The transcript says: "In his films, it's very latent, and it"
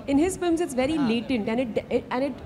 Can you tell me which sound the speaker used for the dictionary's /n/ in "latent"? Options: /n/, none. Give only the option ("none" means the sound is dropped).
/n/